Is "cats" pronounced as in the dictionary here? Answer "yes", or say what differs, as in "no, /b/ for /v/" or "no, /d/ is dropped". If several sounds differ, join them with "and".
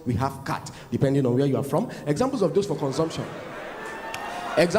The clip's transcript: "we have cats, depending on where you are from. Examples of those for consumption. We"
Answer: no, /s/ is dropped